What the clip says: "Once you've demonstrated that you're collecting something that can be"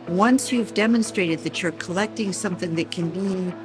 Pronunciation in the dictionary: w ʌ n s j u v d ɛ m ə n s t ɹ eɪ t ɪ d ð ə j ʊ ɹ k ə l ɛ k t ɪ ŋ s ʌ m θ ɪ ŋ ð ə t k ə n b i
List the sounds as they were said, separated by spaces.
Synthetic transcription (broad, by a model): w ʌ n s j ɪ v d ɛ m ə n s t ɹ eɪ t ɪ d ð ə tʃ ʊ ɹ k ə l ɛ k t ɪ ŋ s ʌ m θ ɪ ŋ ð ə t k ə n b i